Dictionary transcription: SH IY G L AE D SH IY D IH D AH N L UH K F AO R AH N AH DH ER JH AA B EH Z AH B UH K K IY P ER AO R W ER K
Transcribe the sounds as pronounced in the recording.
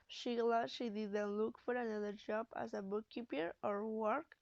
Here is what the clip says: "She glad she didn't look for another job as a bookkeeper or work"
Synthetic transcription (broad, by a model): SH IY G L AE SH IY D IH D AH N L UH K F AO R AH N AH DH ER JH AA B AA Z AH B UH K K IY P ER AO R W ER K